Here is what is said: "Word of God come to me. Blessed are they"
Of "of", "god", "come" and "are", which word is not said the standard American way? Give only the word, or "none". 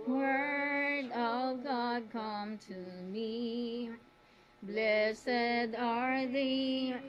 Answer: none